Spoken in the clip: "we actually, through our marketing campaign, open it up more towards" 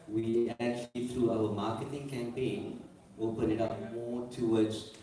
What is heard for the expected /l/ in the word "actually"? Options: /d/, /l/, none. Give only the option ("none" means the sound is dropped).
/l/